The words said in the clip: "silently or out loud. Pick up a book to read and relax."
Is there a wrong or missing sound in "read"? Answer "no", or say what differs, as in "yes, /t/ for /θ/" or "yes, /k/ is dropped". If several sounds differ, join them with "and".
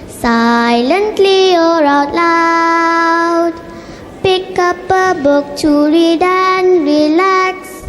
no